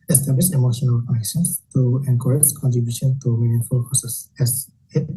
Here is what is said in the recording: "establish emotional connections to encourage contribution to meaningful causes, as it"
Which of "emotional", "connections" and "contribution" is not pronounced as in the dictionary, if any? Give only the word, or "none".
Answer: connections